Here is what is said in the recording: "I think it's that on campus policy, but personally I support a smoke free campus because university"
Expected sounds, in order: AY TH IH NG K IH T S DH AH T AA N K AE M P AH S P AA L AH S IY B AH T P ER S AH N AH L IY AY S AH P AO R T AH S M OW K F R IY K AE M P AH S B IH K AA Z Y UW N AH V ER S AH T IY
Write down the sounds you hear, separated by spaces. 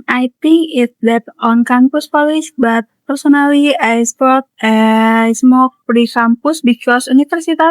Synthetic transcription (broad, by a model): AY T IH NG K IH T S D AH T AA N K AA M P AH S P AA L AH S B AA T P ER S AH N AH L IY AY S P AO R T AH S M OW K P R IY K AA M P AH S B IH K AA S UW N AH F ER S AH T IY